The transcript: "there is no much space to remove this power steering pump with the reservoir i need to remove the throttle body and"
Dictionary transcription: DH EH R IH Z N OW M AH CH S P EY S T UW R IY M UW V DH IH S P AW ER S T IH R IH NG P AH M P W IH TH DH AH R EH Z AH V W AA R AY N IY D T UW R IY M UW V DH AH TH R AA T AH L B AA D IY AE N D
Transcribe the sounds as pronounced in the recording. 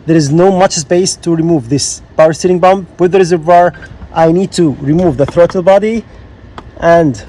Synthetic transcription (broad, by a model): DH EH R IH Z N OW M AH CH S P EY S T UW R IY M UW V DH IH S B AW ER S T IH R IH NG B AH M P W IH DH AH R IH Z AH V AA R AY N IY D T UW R IY M UW V DH AH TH R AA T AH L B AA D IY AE N D